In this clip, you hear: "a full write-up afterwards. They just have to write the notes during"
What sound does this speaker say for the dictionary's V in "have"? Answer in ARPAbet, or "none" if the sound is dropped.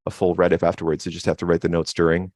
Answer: F